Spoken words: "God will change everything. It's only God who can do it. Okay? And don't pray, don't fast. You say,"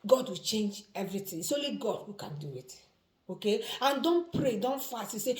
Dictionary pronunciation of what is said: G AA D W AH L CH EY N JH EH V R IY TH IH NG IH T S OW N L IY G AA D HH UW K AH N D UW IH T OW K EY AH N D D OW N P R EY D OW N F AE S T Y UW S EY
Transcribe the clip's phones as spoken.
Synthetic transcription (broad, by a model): G AA D W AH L CH EY N JH EH V R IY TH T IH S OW L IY G AA D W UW K AH N D UW IH T OW K EY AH N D D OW N P R EY D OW N F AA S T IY S EY